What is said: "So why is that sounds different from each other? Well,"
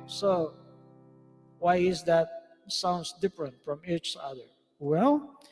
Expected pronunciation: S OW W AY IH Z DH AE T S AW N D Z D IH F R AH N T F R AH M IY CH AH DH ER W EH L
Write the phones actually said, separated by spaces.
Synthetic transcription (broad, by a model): S OW W AY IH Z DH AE T S AW N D S D IH F R AH N T F R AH M IY CH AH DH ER W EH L